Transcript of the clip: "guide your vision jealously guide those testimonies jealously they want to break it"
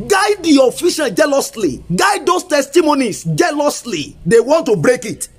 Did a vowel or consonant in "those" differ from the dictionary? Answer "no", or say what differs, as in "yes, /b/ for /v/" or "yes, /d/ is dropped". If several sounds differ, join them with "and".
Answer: yes, /s/ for /z/